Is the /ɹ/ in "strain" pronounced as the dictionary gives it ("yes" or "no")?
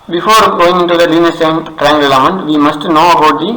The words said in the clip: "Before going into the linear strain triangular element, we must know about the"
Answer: no